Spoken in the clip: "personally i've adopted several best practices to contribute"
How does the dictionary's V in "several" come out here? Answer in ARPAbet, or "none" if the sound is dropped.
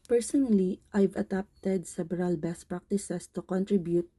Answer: B